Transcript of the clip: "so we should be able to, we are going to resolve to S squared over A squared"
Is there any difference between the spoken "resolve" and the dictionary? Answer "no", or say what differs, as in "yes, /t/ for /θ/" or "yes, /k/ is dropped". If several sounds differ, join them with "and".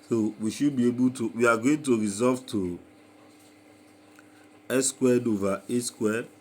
yes, /l/ is dropped